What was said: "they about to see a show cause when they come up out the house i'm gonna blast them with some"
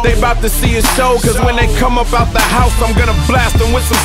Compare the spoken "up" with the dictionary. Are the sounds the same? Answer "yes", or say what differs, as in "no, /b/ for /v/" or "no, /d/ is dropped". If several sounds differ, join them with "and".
no, /b/ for /p/